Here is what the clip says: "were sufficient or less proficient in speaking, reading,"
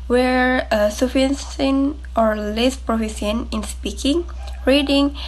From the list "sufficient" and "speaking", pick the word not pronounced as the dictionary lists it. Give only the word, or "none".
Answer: sufficient